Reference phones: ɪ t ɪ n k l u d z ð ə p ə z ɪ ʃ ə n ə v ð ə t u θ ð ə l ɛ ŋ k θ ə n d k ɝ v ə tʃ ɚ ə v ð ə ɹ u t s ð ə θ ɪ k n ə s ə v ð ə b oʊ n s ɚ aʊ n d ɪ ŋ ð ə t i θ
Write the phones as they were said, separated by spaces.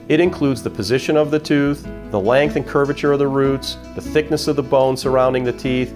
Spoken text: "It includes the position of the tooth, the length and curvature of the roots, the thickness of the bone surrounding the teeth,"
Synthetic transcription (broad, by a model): ɪ t ɪ n k l u d z ð ə p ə z ɪ ʃ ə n ə v ð ə t u θ ð ə l ɛ ŋ k θ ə n k ɝ v ə tʃ ɚ ə v ð ə ɹ u t s ð ə θ ɪ k n ə s ə v ð ə b oʊ n s ɚ aʊ n d ɪ ŋ ð ə t i θ